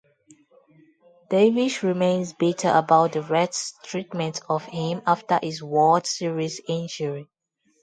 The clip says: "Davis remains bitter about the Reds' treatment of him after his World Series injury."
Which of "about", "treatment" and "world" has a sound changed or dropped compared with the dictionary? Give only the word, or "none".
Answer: world